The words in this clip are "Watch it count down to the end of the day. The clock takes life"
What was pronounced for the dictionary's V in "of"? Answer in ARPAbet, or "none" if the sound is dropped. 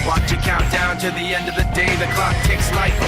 V